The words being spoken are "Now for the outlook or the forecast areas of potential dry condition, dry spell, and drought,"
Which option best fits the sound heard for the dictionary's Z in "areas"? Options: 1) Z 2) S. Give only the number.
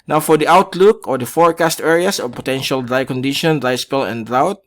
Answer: 2